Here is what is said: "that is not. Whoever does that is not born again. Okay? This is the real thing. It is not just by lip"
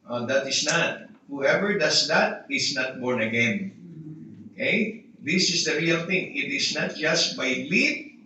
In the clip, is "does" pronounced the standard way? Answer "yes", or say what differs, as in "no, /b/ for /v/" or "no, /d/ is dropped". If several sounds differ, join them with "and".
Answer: no, /s/ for /z/